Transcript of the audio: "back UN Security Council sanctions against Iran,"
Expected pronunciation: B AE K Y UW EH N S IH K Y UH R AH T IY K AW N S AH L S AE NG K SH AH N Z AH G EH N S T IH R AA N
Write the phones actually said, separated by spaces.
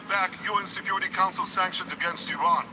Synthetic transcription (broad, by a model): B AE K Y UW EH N S IH K Y UH R AH T IY K AW N S AH L S AE NG K SH AH N Z AH G EH N S T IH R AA N